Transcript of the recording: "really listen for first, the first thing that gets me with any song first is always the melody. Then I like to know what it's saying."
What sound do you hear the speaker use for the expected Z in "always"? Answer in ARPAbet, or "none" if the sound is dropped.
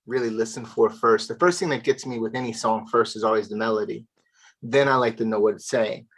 Z